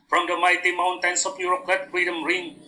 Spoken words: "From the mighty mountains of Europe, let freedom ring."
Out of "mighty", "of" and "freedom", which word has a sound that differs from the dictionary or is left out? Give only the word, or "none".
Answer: of